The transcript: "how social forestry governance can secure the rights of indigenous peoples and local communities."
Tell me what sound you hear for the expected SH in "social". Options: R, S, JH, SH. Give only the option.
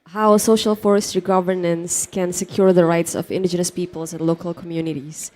SH